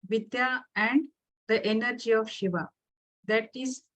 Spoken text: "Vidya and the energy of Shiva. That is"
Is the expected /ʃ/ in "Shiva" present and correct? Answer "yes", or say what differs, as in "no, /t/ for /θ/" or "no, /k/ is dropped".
yes